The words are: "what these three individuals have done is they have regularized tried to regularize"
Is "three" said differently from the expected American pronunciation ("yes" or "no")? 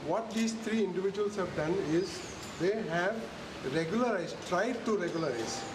yes